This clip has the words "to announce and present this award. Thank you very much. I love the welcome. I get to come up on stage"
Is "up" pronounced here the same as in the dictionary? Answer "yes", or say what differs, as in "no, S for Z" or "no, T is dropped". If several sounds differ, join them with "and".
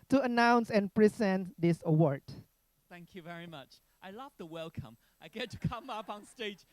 yes